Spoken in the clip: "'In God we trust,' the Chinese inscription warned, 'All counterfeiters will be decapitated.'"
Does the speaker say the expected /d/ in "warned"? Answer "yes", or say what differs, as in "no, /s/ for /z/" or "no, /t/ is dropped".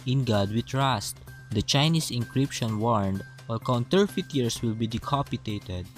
yes